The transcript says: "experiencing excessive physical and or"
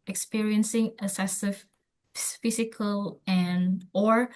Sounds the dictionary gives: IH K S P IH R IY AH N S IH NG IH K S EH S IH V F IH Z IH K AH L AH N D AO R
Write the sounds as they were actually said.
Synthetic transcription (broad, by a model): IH K S P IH R IY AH N S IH NG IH S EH S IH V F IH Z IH K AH L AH N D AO R